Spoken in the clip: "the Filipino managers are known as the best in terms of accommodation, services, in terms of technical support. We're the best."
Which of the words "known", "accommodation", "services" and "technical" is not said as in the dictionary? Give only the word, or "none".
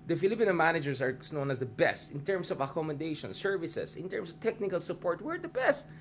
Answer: services